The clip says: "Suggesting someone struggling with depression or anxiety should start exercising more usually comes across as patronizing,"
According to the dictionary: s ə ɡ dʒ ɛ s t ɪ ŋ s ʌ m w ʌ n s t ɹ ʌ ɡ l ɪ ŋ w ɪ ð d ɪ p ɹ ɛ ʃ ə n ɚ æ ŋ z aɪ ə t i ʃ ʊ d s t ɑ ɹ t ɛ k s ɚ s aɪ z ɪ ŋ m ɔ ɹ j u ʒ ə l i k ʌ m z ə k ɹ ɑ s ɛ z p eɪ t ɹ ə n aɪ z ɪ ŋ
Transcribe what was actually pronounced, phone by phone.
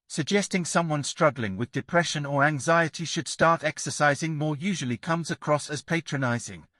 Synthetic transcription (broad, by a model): s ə ɡ dʒ ɛ s t ɪ ŋ s ʌ m w ʌ n s t ɹ ʌ ɡ l ɪ ŋ w ɪ ð d ɪ p ɹ ɛ ʃ ə n ɚ æ ŋ z aɪ ə t i ʃ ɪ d s t ɑ ɹ t ɛ k s ɚ s aɪ z ɪ ŋ m ɔ ɹ j u ʒ ə l i k ʌ m z ə k ɹ ɑ s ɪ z p eɪ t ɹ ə n aɪ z ɪ ŋ